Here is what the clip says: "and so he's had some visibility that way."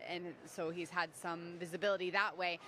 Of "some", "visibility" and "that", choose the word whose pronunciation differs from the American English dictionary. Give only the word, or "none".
none